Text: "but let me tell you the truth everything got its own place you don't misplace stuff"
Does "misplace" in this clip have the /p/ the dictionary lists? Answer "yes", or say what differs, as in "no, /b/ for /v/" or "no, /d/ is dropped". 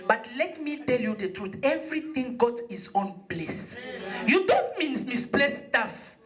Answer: no, /b/ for /p/